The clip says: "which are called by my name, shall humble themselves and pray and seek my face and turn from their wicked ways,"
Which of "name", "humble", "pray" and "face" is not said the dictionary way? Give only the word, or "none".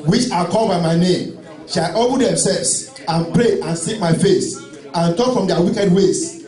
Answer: humble